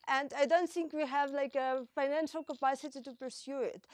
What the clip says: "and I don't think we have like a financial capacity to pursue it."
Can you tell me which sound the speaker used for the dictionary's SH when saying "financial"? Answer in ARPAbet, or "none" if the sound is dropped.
SH